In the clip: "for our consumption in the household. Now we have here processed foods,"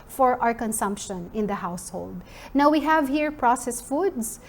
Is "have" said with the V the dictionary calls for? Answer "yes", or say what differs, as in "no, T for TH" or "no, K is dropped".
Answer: yes